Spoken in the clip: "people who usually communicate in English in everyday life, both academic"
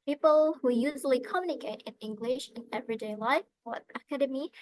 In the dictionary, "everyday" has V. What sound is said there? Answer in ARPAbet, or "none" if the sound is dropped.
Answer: V